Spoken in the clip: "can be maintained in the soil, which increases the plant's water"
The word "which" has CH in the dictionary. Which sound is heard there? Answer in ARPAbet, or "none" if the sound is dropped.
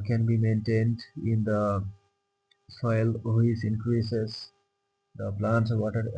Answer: S